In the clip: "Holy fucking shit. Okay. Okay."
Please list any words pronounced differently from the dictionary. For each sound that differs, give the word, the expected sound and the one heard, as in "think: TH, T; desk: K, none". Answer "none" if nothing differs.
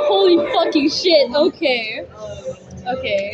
none